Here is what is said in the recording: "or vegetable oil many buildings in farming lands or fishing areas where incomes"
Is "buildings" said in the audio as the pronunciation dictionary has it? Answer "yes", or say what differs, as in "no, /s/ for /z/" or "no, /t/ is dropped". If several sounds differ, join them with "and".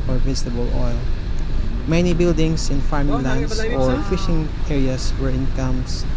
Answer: no, /s/ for /z/